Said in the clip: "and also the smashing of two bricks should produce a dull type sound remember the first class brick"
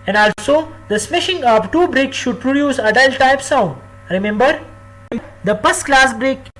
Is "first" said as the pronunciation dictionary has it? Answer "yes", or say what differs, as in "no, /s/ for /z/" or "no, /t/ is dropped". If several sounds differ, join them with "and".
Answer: no, /p/ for /f/